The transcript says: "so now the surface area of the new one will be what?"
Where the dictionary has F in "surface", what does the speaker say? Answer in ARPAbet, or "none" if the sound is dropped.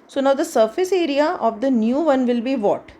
F